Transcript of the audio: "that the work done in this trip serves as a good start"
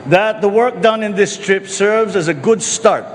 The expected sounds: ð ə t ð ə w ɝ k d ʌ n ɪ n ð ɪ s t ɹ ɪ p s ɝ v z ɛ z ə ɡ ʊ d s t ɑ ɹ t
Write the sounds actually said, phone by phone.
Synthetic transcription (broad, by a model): ð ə t ð ə w ɝ k d ʌ n ɪ n ð ɪ s t ɹ ɪ p s ɝ v z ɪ z ə ɡ ʊ d s t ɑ ɹ t